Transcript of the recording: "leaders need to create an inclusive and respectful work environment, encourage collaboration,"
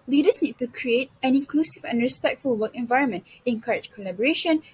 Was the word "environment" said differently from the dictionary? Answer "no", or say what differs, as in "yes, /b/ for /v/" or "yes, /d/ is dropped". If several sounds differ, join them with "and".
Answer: no